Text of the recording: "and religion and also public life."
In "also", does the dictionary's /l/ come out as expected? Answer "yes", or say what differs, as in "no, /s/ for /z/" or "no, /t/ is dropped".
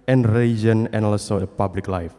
no, /l/ is dropped